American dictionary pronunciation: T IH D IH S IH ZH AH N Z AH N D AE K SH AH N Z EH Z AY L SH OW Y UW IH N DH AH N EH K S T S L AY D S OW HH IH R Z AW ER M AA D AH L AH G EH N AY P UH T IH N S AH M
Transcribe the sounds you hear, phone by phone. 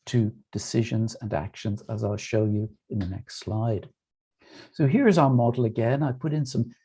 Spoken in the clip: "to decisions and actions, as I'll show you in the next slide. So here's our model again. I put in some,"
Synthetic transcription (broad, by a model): T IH D IH S IH ZH AH N Z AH N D AE K SH AH N Z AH Z AY L SH OW Y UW IH N DH AH N EH K S T S L AY D S OW HH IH R Z AW ER M AA D L AH G EH N AY P UH T IH N S AH M